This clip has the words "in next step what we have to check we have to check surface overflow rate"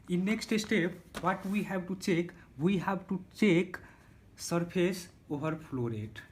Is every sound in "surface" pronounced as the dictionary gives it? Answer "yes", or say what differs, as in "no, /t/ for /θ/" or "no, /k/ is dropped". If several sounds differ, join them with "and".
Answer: no, /p/ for /f/